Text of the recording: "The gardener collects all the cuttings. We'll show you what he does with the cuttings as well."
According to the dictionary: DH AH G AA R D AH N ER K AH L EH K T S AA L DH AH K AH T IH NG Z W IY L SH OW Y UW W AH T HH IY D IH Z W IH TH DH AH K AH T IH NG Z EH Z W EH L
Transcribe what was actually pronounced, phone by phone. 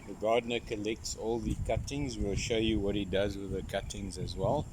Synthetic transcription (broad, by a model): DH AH G AA D N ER K AH L EH K T S AA L DH AH K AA T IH NG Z W IY L SH OW Y UW W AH T HH IY D IH Z W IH DH AH K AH T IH NG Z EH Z W EH L